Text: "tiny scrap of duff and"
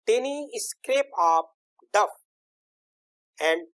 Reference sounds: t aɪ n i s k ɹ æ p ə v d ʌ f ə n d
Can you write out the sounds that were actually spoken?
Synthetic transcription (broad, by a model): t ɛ n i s k ɹ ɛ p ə p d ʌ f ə n d